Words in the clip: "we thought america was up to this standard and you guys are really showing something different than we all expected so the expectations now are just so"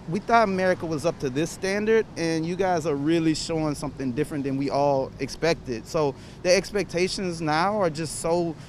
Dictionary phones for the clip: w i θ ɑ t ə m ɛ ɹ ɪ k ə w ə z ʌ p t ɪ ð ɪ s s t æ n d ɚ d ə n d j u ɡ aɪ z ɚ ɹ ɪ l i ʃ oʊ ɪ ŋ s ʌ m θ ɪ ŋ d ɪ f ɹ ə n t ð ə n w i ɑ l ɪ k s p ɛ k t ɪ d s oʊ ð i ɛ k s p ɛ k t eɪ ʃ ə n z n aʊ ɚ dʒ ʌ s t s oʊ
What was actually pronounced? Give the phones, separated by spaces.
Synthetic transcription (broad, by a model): w i θ ɑ t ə m ɛ ɹ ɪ k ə w ə z ʌ p t ɪ ð ɪ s s t æ n d ɚ d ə n j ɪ ɡ aɪ z ɚ ɹ ɪ l i ʃ oʊ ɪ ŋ s ʌ m θ ɪ ŋ d ɪ f ɹ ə n ð ə n w i ɑ l ɪ k s p ɛ k t ɪ d s oʊ ð i ɛ k s p ɛ k t eɪ ʃ ə n z n aʊ ɚ dʒ ʌ s t s oʊ